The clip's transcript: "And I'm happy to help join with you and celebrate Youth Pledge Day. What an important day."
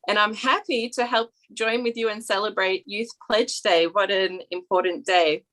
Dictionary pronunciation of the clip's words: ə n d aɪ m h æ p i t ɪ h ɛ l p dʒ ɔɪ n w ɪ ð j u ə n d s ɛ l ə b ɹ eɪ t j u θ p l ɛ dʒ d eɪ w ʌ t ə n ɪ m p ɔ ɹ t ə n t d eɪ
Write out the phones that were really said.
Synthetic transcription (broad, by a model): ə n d aɪ m h æ p i t ɪ h ɛ l p dʒ ɔɪ n w ɪ ð j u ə n s ɛ l ə b ɹ eɪ t j u θ p l ɛ dʒ d eɪ w ʌ t ə n ɪ m p ɔ ɹ t n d eɪ